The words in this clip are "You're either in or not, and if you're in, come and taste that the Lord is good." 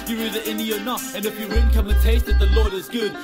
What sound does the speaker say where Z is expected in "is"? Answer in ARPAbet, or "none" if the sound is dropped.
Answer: Z